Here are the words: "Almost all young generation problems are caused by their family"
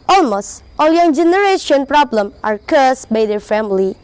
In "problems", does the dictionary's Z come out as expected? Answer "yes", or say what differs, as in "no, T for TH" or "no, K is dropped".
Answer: no, Z is dropped